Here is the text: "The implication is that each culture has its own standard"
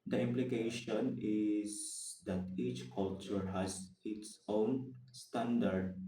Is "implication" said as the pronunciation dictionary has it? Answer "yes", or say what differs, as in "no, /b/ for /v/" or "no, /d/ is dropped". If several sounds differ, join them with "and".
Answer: yes